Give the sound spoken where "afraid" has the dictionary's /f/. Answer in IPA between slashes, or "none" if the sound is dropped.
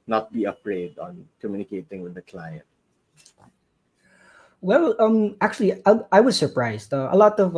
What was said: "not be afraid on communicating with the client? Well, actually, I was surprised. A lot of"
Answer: /p/